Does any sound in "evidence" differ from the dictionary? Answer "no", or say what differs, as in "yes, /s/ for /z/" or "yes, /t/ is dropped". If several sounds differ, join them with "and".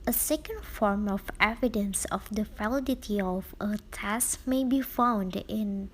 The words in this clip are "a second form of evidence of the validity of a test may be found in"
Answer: no